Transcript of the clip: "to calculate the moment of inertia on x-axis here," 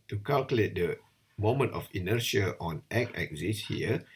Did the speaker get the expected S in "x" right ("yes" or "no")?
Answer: no